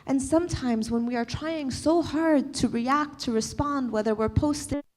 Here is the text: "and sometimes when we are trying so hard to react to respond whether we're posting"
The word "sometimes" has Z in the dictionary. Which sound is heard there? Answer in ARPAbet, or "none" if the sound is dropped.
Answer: Z